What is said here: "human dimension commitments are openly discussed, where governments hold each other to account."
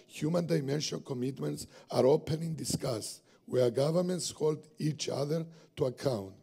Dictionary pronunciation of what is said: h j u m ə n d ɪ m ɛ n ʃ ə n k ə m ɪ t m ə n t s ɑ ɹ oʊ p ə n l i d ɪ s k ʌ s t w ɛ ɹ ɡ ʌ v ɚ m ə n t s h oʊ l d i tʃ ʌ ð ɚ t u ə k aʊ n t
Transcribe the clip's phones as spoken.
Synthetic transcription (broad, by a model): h j u m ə n d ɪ m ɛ n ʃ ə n k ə m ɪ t m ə n t s ɑ ɹ oʊ p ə n i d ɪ s k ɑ s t w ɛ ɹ ɡ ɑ v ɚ m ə n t s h oʊ l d i tʃ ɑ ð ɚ t u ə k aʊ n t